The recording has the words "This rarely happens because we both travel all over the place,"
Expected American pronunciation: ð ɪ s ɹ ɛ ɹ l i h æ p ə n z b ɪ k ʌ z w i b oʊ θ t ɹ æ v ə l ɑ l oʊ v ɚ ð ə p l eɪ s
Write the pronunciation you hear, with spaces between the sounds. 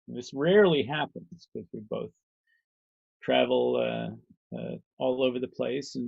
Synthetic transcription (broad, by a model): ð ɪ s ɹ ɛ ɹ l i h æ p ə n z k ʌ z w i b oʊ θ t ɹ æ v ə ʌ ɑ l oʊ v ɚ ð ə p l eɪ s